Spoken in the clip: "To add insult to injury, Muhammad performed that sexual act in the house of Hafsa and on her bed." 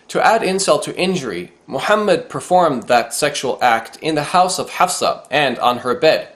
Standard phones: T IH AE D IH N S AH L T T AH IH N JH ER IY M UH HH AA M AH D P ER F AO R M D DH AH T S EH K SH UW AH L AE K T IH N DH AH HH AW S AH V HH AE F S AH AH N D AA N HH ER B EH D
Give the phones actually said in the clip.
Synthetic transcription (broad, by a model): T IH AE D IH N S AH L T T IH N JH ER IY M UH HH AA M AH D P ER F AO R M DH AH T S EH K SH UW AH L AE K T IH N DH AH HH AW S AH V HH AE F S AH AH N D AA N ER B EH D